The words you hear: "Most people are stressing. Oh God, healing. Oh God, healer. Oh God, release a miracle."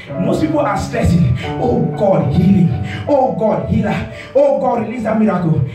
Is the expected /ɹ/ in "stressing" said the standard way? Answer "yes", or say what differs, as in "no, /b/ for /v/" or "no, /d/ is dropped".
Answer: no, /ɹ/ is dropped